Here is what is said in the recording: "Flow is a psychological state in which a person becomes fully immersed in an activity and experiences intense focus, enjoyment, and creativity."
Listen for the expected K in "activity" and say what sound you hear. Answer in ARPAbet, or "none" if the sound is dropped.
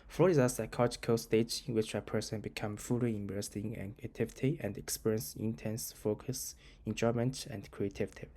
none